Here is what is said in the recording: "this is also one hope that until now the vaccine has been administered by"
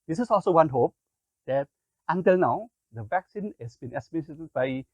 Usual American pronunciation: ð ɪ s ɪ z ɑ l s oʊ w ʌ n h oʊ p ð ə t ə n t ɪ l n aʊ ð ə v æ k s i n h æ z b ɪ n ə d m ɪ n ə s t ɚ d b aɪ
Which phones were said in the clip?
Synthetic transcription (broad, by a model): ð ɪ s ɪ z ɑ l s oʊ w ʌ n h oʊ p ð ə t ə n t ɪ l n aʊ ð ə v æ k s i n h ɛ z b ɪ n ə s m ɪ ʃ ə t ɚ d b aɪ